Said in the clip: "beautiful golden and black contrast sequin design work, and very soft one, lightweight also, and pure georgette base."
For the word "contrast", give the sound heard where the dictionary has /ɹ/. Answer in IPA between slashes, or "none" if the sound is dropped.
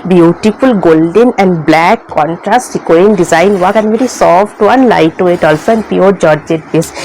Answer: /ɹ/